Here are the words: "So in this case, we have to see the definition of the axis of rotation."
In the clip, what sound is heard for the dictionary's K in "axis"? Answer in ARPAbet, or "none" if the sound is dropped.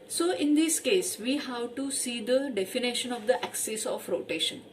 K